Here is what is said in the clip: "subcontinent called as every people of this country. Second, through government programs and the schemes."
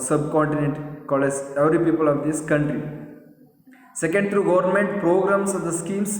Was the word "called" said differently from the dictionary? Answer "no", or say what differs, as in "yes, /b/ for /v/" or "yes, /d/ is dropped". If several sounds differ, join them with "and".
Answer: yes, /d/ is dropped